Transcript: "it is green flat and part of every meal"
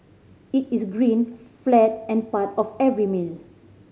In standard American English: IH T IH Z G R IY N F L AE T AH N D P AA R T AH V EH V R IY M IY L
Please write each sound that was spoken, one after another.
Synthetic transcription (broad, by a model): IH T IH S G R IY N F L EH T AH N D P AA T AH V EH V R IY M IY L